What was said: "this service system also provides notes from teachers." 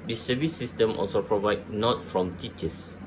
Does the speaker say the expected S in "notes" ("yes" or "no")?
no